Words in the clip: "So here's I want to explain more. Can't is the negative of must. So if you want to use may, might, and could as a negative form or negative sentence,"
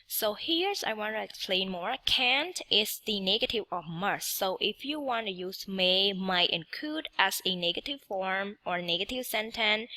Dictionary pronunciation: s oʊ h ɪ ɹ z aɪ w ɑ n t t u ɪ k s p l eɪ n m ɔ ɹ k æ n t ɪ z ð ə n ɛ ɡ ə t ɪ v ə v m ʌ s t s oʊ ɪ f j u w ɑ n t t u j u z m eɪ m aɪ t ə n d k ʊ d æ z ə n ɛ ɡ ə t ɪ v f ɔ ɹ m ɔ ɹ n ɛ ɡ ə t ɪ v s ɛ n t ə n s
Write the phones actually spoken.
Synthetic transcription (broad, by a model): s oʊ h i ɹ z aɪ w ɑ n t t u ɪ k s p l eɪ n m ɔ ɹ k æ n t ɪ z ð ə n ɛ ɡ ə t ɪ v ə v m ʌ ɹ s oʊ ɪ f j u w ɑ n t t u j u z m eɪ m aɪ t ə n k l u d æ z ə n ɛ ɡ ə t ɪ v f ɔ ɹ m ɔ ɹ n ɛ ɡ ə t ɪ v s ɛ n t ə n